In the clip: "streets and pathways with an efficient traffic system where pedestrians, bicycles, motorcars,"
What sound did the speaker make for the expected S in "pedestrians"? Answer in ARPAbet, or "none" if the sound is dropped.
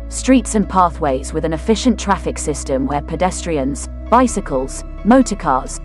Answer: S